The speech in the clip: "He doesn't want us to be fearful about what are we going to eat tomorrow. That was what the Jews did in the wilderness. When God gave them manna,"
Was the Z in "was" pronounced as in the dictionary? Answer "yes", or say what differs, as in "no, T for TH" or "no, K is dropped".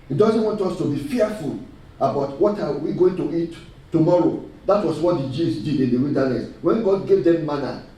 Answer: no, S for Z